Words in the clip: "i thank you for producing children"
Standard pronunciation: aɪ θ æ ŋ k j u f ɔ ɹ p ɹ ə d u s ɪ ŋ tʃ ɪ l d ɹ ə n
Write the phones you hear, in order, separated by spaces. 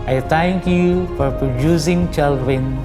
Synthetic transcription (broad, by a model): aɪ t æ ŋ k j u f ɔ ɹ p ɹ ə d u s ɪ ŋ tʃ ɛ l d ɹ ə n